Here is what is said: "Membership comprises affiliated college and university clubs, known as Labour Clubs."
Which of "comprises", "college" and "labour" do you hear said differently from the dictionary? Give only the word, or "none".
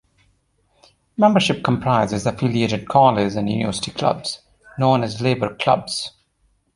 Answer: college